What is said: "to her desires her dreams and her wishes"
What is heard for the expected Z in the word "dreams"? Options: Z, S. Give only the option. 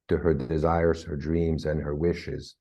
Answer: Z